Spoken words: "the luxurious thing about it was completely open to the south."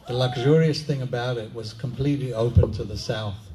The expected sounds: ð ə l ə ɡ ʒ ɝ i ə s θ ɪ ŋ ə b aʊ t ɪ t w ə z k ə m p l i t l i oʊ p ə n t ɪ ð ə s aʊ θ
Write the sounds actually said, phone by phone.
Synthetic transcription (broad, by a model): ð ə l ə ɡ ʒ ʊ i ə s θ ɪ ŋ ə b aʊ t ɪ t w ə z k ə m p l i t l i oʊ p ə n t ɪ ð ə s aʊ θ